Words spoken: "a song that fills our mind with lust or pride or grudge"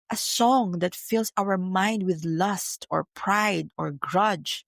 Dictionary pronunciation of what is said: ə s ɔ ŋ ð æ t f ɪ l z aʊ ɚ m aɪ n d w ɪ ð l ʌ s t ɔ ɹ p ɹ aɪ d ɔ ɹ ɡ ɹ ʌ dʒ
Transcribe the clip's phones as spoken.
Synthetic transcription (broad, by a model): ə s ɔ ŋ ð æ t f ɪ l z aʊ ɚ m aɪ n d w ɪ ð l ʌ s t ɔ ɹ p ɹ aɪ d ɔ ɹ ɡ ɹ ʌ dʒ